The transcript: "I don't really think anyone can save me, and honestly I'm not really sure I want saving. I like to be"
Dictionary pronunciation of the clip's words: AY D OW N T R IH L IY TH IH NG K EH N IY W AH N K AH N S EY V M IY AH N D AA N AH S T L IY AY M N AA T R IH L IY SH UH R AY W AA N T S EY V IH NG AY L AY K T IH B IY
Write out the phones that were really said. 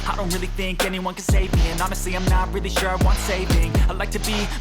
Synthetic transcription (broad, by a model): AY D OW N T R IH L IY TH IH NG K EH N IY W AH N K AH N S EY V M IY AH N AA N AH S T L IY AY M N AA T R IH L IY SH UH R AY W AA N T S EY V IH NG AY L AY K T IH B IY